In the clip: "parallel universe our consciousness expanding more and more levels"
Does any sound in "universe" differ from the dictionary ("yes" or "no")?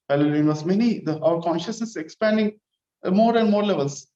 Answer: yes